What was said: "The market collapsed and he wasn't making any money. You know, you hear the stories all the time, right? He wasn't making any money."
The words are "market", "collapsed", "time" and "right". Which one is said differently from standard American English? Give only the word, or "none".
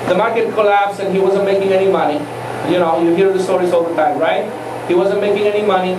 collapsed